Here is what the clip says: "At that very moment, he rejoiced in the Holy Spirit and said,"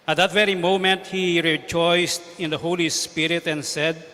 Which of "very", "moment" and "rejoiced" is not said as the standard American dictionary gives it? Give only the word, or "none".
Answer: none